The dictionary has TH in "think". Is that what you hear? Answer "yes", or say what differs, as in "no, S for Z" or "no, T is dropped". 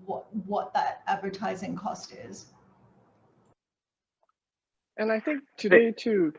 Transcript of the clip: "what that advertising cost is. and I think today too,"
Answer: yes